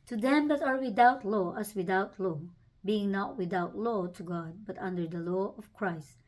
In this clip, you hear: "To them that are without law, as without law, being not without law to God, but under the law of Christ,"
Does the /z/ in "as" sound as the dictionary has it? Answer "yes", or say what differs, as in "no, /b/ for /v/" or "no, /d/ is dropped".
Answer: no, /s/ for /z/